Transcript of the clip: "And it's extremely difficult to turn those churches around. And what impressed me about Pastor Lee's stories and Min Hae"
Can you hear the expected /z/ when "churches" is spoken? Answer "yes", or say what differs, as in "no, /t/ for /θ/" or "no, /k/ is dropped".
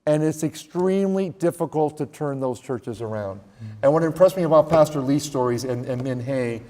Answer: yes